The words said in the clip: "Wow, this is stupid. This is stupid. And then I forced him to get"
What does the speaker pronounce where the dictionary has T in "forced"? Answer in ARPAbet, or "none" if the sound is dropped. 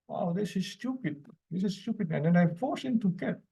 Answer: none